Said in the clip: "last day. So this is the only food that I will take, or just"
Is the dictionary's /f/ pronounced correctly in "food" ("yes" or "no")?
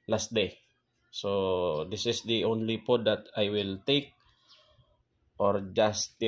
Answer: no